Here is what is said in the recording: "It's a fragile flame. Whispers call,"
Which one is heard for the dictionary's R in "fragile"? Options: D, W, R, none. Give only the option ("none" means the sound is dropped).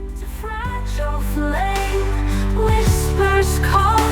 R